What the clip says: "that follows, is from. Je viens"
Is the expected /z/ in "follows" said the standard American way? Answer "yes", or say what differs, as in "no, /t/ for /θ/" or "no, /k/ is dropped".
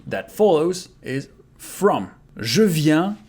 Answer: yes